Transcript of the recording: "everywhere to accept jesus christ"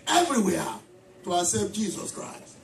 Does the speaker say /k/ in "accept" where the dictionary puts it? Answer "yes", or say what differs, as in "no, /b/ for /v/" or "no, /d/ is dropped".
no, /k/ is dropped